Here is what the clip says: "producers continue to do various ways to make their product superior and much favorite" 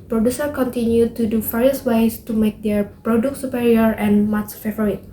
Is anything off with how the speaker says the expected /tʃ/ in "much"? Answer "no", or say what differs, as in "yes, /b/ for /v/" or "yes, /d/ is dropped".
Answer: yes, /s/ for /tʃ/